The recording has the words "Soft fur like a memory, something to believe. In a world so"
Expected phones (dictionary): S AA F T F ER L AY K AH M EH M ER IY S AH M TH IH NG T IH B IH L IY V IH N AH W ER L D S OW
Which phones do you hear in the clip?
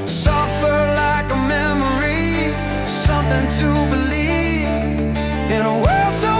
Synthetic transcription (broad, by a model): S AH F F ER L AY K AH M EH M ER IY S AH M TH IH NG T IH B IH L IY V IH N AH W ER L D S OW